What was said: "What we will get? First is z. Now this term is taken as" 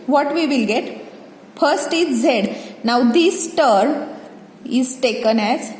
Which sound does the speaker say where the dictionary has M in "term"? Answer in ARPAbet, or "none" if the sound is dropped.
none